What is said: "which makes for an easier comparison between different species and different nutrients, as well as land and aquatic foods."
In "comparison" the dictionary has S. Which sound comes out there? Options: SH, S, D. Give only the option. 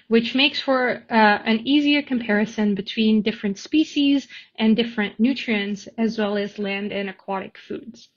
S